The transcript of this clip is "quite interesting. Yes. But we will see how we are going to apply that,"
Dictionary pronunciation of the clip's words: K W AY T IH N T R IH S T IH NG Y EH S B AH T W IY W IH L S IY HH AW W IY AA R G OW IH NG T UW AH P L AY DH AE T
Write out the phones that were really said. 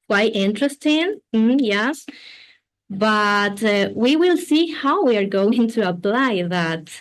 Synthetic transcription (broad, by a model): K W AY T IH N T R IH S T IH NG Y EH S B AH T W IY W IH L S IY HH AW W IY AA R G OW IH NG T UW AH P L AY DH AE T